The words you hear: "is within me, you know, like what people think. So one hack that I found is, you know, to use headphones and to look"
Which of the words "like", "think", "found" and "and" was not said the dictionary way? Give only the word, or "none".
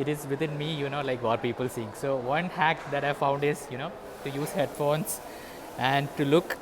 think